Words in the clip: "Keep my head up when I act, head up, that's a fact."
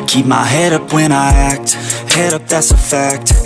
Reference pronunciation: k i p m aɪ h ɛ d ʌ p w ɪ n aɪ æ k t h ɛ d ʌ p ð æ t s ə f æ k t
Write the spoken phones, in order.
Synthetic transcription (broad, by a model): k i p m aɪ h ɛ d ʌ p w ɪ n aɪ æ k t h ɛ d ʌ p ð æ t s ə f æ k t